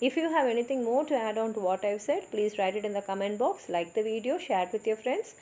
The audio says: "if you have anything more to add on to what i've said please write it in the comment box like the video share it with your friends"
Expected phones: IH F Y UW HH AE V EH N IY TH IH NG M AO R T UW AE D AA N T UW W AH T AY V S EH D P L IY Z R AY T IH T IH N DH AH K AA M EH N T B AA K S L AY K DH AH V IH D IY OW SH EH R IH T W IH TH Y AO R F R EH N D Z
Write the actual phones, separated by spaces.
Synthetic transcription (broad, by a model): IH F Y UW HH AE V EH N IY T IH NG M AO R T UW AE D AA N T UW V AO T AY V S EH D P L IY Z R AY T IH T IH N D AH K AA M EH N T B AA K S L AY K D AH V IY D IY OW SH EH R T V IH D Y AO R F R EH N D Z